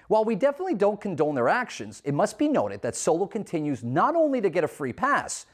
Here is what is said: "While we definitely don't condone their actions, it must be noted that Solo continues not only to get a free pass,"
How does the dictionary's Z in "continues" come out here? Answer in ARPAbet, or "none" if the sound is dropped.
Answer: Z